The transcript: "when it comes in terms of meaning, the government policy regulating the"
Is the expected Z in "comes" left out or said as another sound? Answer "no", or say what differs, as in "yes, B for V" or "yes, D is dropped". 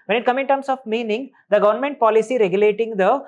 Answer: yes, Z is dropped